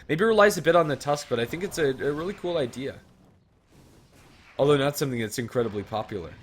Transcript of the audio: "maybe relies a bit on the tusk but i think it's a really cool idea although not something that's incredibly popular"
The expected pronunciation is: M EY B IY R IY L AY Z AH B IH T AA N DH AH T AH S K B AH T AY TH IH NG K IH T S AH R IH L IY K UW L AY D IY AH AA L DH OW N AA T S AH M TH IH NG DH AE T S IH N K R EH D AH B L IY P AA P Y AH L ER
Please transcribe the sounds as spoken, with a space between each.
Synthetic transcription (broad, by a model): M EY B IY R IY L AY Z AH B IH T N DH AH T AH S K B AH T AY TH IH NG K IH T S AH R IH L IY K UW L AY D IY AH AA L DH OW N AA T S AH M TH IH NG DH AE T S IH N K R EH D AH B L IY P AA P Y L ER